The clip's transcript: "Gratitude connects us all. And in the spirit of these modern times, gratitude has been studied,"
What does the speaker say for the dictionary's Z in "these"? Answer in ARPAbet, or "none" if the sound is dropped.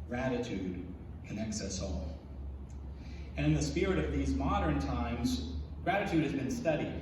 Z